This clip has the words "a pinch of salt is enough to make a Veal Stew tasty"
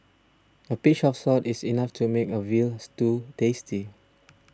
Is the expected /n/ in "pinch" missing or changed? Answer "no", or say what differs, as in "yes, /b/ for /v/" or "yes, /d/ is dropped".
yes, /n/ is dropped